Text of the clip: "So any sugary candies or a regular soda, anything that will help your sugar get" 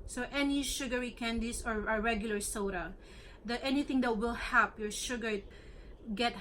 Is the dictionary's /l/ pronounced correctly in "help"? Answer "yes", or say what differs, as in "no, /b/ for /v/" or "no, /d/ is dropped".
no, /l/ is dropped